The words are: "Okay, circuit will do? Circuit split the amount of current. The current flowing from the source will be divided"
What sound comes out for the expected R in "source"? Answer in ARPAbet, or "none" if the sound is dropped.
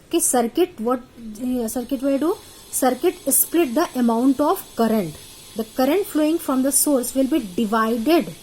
R